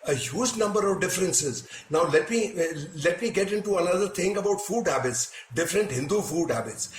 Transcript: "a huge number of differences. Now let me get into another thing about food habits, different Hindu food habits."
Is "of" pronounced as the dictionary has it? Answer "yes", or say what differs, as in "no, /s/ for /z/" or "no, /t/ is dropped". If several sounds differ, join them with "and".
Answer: yes